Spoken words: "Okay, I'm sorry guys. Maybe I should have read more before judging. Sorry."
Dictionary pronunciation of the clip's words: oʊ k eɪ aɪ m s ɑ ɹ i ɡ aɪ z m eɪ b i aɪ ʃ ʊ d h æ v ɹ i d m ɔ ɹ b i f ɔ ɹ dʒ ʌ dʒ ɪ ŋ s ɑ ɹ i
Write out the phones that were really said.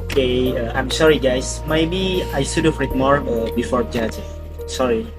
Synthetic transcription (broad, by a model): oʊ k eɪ aɪ m s ɑ ɹ i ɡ aɪ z m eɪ b i aɪ s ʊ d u f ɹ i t m ɔ ɹ b i f ɔ ɹ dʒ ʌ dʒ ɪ s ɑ ɹ i